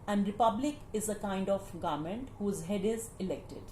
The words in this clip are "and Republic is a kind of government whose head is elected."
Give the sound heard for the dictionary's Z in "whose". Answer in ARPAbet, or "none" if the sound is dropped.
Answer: Z